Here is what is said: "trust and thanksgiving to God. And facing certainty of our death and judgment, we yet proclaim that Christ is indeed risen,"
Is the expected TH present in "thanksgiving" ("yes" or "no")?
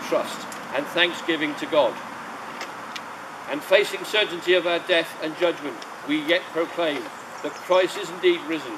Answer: yes